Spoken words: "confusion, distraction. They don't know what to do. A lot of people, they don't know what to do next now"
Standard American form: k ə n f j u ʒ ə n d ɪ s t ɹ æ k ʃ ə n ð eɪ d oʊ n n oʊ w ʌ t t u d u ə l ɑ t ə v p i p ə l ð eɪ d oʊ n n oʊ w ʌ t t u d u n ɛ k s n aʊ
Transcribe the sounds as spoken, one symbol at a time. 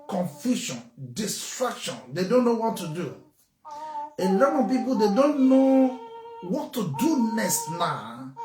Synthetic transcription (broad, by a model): k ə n f j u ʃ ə n d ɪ s t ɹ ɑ k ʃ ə n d eɪ d oʊ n n oʊ w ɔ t t u d u ə l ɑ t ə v p i p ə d eɪ d oʊ n n oʊ w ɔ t t u d u n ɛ s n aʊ